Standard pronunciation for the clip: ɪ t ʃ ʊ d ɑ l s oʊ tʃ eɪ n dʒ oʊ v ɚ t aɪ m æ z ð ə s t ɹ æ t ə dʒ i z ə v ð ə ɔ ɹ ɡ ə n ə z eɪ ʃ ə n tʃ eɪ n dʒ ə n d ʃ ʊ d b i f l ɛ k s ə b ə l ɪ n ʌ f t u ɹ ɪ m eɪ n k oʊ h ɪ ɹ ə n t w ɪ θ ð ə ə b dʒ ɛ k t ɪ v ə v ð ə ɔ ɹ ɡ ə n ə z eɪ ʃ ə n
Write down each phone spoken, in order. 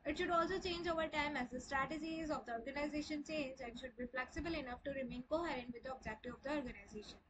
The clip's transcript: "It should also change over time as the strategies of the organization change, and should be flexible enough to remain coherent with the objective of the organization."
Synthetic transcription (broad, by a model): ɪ t ʃ ʊ d ɑ l s oʊ tʃ eɪ n dʒ oʊ v ɚ t aɪ m æ z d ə s t ɹ æ t ə dʒ i z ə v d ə ɔ ɹ ɡ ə n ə z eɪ ʃ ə n tʃ eɪ n dʒ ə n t ʃ ʊ d b i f l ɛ k s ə b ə l ɪ n ʌ f t u ɹ ɪ m eɪ n k oʊ h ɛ ɹ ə n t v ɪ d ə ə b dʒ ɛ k t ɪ ə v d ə ɔ ɹ ɡ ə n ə z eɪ ʃ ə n